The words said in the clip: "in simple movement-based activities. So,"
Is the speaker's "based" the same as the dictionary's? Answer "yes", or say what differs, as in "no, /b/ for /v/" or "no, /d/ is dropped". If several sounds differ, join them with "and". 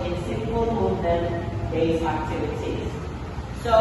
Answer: no, /t/ is dropped